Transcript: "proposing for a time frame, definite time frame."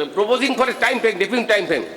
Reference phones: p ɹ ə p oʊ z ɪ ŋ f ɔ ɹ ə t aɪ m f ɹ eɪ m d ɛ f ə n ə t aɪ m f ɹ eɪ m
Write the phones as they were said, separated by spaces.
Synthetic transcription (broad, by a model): p ɹ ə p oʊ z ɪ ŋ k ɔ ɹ ə t aɪ m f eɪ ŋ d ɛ p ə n t aɪ m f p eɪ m